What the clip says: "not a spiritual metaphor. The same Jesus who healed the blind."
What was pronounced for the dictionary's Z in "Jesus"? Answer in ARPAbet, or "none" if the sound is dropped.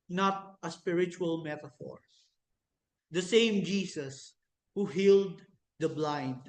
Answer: S